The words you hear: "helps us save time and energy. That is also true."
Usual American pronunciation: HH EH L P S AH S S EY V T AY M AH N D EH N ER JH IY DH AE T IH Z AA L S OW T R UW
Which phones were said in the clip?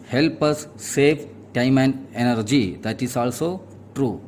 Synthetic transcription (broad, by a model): HH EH L P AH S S EY P T AY M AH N EH N ER JH IY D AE T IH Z AA L S OW T R UW